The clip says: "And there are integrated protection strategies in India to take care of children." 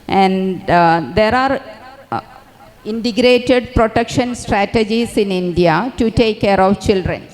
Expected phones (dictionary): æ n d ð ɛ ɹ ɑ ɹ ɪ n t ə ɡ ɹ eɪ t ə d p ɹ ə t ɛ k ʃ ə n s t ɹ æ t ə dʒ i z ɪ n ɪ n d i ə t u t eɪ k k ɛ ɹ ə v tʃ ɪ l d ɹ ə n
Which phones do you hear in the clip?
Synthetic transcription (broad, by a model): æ n d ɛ ɹ ɑ ɹ ɪ n t ə ɡ ɹ eɪ t ə d p ɹ ə t ɛ k ʃ ə n s t ɹ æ t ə dʒ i s ɪ n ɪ n d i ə t u t eɪ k k ɛ ɹ ə v tʃ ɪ l d ɹ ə n